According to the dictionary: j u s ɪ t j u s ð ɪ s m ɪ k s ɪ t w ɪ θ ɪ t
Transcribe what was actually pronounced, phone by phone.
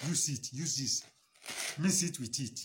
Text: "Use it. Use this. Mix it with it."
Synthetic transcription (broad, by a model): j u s ɪ t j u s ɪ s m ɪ s ɪ t w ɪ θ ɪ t